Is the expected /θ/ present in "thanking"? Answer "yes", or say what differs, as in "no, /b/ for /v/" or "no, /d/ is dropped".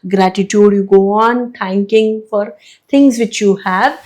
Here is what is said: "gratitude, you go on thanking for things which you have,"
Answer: no, /t/ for /θ/